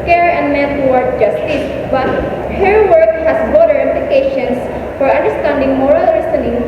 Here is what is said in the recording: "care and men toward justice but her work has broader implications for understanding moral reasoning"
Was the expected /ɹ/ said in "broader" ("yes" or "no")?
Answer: no